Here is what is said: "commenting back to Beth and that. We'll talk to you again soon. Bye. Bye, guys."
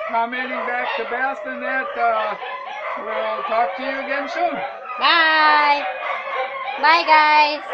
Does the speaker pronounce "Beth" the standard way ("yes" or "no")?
no